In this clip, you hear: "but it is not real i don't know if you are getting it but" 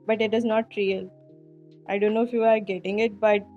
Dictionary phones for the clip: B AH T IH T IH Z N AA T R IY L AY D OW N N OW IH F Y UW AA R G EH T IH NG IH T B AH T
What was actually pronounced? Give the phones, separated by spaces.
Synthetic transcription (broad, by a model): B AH T IH T IH Z N AA T R IY L AY D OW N N OW IH F Y UW AA R G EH T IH NG IH T B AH T